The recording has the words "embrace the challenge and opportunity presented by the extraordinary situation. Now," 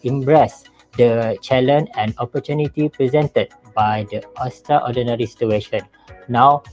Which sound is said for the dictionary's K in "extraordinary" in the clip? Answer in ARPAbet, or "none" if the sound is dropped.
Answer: none